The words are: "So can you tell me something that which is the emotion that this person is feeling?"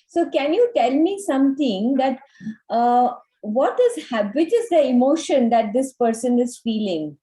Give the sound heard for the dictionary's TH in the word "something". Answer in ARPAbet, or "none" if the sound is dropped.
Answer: T